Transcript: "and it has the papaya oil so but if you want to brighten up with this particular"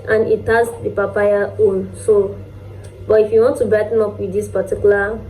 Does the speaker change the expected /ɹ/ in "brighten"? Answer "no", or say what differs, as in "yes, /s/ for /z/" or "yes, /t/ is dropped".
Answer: yes, /ɹ/ is dropped